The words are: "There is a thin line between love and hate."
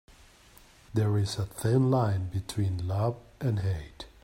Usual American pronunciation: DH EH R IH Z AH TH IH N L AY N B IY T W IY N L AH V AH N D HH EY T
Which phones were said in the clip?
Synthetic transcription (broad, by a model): DH EH R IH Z AH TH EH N L AY N B IY T W IY N L AH V AH N D HH EY T